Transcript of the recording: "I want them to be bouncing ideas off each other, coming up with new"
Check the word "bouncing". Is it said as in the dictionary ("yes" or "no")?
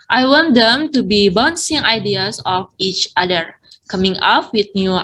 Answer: yes